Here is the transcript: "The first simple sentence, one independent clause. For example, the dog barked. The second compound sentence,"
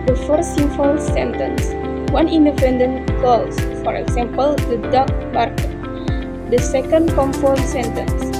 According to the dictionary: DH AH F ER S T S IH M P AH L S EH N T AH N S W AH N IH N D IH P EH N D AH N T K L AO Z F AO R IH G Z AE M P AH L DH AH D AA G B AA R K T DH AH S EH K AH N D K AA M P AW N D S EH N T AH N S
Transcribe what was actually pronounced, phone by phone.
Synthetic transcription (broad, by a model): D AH F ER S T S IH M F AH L S EH N T AH N S W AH N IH N D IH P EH N D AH N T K L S F AO R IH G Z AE M P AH L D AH D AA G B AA R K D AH S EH K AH N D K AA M F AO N S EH N T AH N S